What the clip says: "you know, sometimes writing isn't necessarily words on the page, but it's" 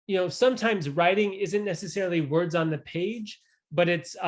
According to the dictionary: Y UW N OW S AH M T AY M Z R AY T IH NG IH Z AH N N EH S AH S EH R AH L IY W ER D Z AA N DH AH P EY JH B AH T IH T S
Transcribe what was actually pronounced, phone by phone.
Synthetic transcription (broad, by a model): Y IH N OW S AH M T AY M Z R AY T IH NG IH Z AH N N EH S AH S EH R L IY W ER D Z N DH AH P EY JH B AH T IH T S